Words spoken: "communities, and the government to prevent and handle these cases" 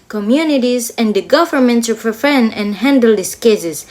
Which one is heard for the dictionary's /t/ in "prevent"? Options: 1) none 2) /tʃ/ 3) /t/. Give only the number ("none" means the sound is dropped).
1